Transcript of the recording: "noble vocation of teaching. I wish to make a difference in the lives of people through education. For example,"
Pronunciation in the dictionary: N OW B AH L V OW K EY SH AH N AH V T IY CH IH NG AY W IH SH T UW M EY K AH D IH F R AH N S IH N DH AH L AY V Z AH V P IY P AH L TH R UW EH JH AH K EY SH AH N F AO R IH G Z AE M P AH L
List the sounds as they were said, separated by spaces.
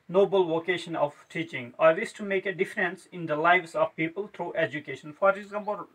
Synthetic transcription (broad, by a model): N OW B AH L V OW K EY SH AH N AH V T IY CH IH NG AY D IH S T UW M EY K AH D IH F R AH N S IH N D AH L AY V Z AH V P IY P AH L T R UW EH JH AH K EY SH AH N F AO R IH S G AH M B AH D